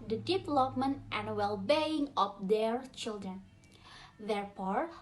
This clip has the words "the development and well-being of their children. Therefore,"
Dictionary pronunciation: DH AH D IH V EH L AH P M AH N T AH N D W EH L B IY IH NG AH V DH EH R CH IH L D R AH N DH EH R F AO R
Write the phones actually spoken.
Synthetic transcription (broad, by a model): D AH D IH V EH L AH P M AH N T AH N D W EH L B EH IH NG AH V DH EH R CH IH L D R AH N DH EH R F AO R